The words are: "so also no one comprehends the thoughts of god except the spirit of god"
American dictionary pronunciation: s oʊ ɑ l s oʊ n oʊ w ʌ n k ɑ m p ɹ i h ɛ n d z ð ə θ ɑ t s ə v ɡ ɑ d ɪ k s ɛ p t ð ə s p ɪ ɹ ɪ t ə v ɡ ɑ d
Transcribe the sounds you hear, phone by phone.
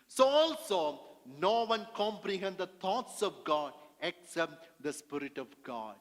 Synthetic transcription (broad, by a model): s oʊ ɑ l s oʊ n oʊ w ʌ n k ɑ m p ɹ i h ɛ n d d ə t ɑ t s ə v ɡ ɑ d ɪ k s ɛ p t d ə s p ɪ ɹ ɪ t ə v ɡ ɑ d